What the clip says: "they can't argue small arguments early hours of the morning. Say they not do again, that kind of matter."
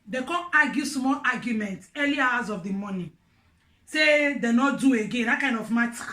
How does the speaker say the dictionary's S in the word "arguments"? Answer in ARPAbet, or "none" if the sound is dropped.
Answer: none